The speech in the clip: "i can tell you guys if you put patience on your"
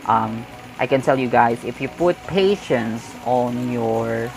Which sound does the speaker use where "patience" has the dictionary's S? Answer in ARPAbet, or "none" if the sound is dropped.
S